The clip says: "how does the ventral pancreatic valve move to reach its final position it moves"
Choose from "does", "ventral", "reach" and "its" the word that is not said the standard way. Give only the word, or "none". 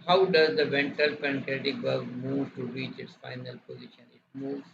ventral